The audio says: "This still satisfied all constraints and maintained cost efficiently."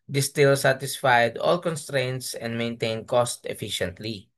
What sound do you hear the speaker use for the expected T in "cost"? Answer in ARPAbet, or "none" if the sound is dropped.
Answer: T